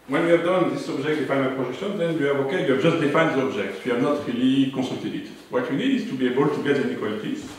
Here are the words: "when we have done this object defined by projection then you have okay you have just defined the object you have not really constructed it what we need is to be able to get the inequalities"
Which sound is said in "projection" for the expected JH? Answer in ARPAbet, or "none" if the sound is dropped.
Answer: ZH